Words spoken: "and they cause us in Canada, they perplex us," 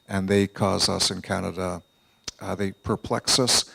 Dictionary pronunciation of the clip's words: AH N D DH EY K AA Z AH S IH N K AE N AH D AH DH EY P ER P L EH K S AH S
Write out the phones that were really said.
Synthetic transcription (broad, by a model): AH N DH EY K AA Z AH S IH N K AE N AH D AH DH EY P ER P L EH K S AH S